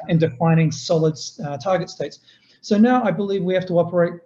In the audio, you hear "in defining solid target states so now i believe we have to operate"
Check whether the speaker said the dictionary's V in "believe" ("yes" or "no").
yes